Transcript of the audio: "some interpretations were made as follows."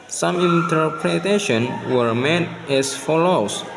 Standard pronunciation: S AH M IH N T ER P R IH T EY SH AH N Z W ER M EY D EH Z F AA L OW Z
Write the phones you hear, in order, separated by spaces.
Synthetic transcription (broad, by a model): S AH M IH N T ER P R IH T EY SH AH N W ER M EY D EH S F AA L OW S